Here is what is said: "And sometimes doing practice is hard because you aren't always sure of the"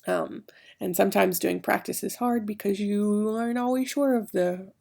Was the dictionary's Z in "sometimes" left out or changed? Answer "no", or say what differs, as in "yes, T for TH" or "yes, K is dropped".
no